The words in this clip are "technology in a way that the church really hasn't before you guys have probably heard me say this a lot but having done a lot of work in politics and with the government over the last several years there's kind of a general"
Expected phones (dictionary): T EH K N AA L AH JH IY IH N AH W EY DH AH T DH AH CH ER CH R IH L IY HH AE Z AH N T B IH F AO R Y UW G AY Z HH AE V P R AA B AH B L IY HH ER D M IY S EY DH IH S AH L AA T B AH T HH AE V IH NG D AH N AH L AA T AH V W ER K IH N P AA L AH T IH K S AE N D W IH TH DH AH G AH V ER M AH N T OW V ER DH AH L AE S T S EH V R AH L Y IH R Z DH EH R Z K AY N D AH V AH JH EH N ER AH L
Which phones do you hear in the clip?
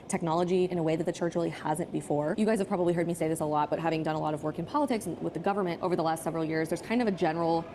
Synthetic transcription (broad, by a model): T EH K N AA L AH JH IY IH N AH W EY DH AH T DH AH CH ER CH R IH L IY HH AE Z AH N B IH F AO R Y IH G AY Z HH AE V P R AA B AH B L IY HH ER D M IY S EY DH IH S AH L AA T B AH T HH AE V IH NG D AH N AH L AA T AH V W ER K IH N P AA L AH T IH K S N W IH DH AH G AH V ER M AH N T OW V ER DH AH L AE S T S EH V R L Y IH R Z DH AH R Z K AY N D AH V AH JH EH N ER L